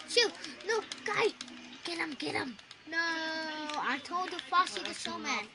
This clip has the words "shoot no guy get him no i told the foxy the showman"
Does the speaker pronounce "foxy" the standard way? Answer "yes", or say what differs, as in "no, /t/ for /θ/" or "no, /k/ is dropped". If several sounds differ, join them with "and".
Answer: no, /k/ is dropped